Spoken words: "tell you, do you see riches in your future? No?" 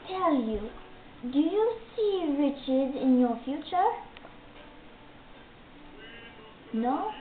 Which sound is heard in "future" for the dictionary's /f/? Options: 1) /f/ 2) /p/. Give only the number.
1